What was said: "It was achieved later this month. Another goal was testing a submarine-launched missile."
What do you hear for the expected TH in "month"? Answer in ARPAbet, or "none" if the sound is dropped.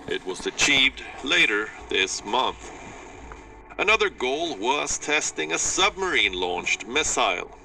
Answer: TH